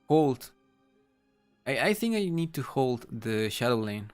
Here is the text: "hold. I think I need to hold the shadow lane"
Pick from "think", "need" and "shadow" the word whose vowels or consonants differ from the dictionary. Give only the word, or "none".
none